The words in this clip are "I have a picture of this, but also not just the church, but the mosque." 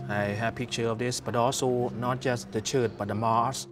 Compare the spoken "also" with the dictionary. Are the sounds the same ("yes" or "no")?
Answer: yes